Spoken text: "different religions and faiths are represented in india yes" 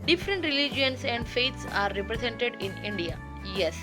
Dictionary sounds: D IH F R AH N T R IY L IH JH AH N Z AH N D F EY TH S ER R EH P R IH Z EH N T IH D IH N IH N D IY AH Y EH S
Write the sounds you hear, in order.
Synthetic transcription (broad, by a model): D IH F R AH N T R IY L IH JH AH N S AH N D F EY T S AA R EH P R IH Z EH N T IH D IH N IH N D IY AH Y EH S